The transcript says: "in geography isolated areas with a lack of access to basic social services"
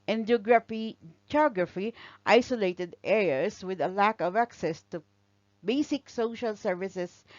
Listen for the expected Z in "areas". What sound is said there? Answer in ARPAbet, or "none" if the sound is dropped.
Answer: S